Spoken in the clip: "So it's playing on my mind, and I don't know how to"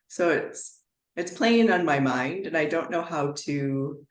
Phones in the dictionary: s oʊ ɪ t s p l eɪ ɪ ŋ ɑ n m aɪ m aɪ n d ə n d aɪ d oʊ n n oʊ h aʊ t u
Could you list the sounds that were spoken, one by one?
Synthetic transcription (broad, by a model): s oʊ ɪ t s p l eɪ ɪ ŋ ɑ n m aɪ m aɪ n d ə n aɪ d oʊ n n oʊ h aʊ t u